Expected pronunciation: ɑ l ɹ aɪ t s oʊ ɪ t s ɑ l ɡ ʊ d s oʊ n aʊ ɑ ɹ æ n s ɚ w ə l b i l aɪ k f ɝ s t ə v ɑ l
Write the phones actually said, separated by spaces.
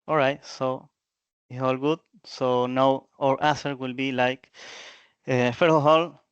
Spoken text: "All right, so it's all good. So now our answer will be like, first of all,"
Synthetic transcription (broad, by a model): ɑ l ɹ aɪ t s oʊ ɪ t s ɑ l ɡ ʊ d s oʊ n aʊ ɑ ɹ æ s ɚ w ə l b i l aɪ k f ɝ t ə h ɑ l